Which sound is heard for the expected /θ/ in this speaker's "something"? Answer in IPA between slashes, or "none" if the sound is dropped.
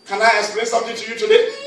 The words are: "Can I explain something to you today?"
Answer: /t/